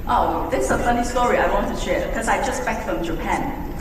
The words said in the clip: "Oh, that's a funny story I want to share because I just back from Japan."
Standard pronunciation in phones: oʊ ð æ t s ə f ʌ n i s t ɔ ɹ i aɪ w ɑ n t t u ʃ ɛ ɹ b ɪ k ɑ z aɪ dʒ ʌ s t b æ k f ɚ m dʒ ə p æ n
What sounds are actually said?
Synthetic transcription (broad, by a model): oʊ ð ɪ s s ə f ʌ n i s t ɔ ɹ i aɪ w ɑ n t t u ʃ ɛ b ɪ k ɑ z aɪ dʒ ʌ s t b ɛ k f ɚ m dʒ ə p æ n